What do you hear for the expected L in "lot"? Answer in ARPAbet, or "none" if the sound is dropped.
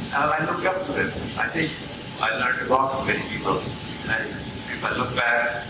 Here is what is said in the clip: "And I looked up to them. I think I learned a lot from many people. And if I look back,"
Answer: W